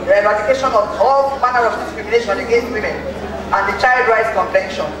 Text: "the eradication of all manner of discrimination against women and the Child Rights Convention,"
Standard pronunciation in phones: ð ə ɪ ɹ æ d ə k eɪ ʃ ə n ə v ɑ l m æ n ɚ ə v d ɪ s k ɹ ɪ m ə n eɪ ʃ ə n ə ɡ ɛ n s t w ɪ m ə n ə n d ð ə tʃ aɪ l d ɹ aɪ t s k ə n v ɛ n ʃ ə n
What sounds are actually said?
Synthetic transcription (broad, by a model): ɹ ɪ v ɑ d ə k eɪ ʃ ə n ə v ɑ l m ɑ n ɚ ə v d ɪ s k ɹ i m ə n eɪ ʃ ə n ə ɡ ɛ n s t w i m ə n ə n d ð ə tʃ aɪ l d ɹ aɪ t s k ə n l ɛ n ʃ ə n